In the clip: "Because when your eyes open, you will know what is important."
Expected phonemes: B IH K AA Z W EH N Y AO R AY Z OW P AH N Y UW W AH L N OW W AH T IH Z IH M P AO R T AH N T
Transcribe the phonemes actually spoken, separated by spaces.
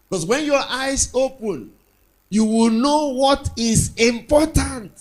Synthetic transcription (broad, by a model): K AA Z W EH N Y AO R AY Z OW P AH N Y UW W AH L N OW W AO T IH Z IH M P AO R T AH N T